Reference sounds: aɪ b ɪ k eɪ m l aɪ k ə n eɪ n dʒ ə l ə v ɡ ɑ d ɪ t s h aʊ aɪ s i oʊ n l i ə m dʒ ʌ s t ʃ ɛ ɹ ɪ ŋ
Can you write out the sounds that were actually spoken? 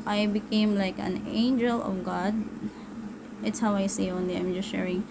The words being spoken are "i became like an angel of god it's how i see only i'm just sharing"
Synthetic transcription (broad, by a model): aɪ b ɪ k eɪ m l aɪ k ə n eɪ n dʒ ə l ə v ɡ ɑ d ɪ t s h aʊ aɪ s i oʊ n l i ə m dʒ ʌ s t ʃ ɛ ɹ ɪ ŋ